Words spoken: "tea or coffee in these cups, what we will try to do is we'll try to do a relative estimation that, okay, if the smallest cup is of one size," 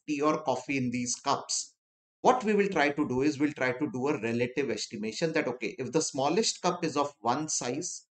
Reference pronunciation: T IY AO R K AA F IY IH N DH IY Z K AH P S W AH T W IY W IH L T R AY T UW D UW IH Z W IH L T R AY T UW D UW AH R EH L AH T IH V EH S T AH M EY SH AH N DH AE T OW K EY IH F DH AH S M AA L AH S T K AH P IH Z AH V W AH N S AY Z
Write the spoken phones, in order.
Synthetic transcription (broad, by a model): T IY AO R K AA F IY IH N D IY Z K AH P S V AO T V IY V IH L T R AY T UW D UW IH Z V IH L T R AY T UW D UW AH R EH L AH T IH V EH S T AH M EY SH AH N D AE T OW K EY IH F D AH S M AA L AH S T K AH P IH Z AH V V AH N S AY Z